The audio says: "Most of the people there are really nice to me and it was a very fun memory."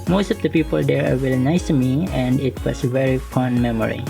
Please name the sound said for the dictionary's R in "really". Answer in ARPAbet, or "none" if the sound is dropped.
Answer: W